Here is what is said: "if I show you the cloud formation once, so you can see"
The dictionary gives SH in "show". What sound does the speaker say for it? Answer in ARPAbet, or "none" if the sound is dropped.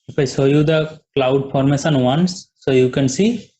S